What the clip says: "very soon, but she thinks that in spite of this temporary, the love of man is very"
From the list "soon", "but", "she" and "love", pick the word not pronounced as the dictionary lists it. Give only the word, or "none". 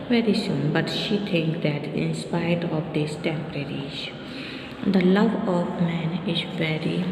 none